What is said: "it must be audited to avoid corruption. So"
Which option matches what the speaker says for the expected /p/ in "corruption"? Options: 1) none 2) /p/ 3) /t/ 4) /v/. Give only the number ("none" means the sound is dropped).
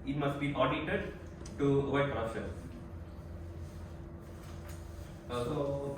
1